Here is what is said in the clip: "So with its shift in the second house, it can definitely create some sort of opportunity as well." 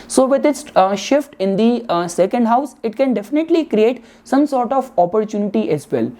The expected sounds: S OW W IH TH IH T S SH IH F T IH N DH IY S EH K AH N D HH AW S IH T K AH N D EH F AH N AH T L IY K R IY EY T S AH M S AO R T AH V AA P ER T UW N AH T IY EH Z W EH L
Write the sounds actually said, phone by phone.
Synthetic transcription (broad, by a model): S OW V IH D IH T S SH IH F T IH N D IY S EH K AH N D HH AW S IH T K AH N D EH F AH N AH T L IY K R IY EY T S AH M S AO R T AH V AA P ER T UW N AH T IY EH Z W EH L